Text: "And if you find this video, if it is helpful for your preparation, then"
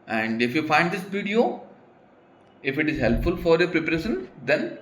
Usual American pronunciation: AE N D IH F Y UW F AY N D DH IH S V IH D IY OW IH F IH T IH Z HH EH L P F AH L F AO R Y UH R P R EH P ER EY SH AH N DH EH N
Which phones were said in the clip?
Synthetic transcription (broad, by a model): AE N D IH F Y UW F AY N D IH S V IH D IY OW IH F IH T IH Z HH EH L P F AH L F AO R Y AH P R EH P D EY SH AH N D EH N